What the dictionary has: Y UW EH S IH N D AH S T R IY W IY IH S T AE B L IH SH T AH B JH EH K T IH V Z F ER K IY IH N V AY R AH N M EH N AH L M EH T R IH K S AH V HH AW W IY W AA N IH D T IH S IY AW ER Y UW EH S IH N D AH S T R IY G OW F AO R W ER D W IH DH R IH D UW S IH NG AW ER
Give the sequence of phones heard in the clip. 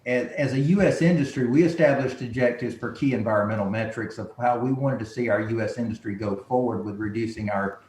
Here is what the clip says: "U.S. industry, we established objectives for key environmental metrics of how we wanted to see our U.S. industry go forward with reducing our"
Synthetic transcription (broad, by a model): Y UW EH S IH N D AH S T R IY W IY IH S T AE B L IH SH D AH JH EH K T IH V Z F ER K IY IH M V AY R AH N M EH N L M EH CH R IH K S AH V HH AW W IY W AA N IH D T IH S IY AW ER Y UW EH S IH N D AH S T R IY G OW F AO R W ER D W IH DH R IH D UW S IH NG AW ER